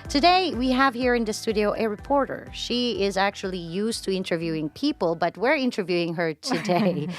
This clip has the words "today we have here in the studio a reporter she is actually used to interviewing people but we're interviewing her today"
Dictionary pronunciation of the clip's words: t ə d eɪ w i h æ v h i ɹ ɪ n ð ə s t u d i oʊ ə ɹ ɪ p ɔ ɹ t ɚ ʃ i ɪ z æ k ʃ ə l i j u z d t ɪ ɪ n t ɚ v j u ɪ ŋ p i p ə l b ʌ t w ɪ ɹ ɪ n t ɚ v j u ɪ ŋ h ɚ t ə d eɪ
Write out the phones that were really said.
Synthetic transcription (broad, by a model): t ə d eɪ w i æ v h i ɹ ɪ n ð ə s t u d i oʊ ə ɹ ɪ p ɔ ɹ t ɚ ʃ i ɪ z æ k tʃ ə l i j u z t ɪ ɪ n t ɚ v j u ɪ ŋ p i p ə l b ʌ t w ɪ ɹ ɪ n t ɚ v j u ɪ ŋ h ɚ t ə d eɪ